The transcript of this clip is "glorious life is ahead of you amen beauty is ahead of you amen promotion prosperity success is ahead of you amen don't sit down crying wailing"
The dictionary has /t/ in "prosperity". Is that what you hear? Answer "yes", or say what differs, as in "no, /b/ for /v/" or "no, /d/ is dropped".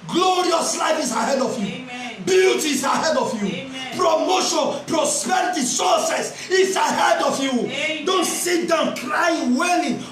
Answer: yes